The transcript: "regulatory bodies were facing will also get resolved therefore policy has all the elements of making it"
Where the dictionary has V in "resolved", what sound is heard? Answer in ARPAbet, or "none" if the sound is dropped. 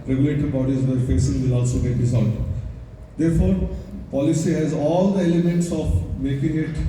none